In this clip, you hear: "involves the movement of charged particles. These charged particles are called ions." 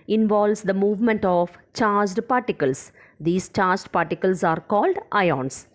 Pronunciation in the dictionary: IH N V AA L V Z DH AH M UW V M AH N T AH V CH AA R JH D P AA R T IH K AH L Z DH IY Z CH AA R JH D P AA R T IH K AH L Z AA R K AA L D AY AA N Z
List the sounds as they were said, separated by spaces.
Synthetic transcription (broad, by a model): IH N V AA L V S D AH M UW V M AH N T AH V CH AA R JH D P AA R T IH K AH L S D IY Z CH AA R JH D P AA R T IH K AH L S AA R K AA L D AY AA N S